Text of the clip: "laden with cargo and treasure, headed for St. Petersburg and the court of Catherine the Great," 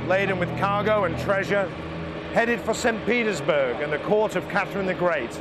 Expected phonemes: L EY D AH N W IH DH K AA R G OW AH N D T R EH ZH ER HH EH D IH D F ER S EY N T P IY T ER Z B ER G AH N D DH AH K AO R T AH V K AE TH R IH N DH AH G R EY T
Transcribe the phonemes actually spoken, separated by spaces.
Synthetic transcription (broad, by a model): L EY D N W IH DH K AA R G OW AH N T R EH ZH ER HH EH D IH D F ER S EY N P IY T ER Z B ER G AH N DH AH K AO R T AH V K AE TH R IH N DH AH G R EY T